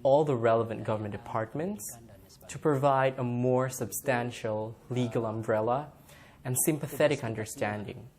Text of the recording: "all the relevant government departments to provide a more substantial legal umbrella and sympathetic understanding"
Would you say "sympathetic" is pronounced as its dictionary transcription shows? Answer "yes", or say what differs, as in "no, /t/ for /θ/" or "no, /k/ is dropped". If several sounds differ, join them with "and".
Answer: yes